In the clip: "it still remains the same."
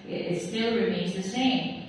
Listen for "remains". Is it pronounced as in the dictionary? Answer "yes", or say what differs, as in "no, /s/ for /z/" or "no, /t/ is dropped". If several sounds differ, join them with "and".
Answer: yes